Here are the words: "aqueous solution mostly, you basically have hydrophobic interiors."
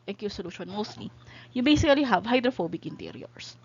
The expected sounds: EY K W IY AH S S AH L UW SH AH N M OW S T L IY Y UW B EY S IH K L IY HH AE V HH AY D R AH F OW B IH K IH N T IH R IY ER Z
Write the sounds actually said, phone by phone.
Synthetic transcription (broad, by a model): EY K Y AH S S AH L UW SH AH N M OW S T L IY Y UW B EY S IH K L IY HH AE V HH AY D R AH F OW B IH K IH N T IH R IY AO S